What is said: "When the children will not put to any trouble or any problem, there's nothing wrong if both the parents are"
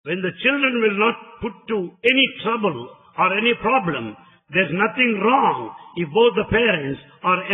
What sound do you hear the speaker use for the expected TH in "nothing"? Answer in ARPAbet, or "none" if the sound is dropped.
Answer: T